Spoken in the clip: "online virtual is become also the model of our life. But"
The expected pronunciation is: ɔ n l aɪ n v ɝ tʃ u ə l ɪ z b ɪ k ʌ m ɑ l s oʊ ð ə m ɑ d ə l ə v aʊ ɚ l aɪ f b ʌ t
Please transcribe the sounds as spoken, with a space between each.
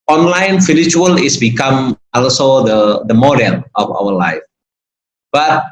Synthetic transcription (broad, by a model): ɔ n l aɪ n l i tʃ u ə l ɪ s b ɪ k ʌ m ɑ l s oʊ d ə m ɑ d ə l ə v aʊ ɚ l aɪ f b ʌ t